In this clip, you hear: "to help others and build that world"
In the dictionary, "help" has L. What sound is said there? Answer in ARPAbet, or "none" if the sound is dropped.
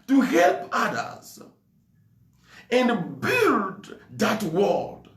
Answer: L